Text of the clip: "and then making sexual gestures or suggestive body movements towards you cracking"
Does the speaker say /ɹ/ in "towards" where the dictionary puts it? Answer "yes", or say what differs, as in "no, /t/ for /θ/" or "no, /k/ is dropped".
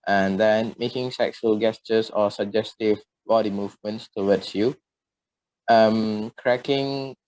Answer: no, /w/ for /ɹ/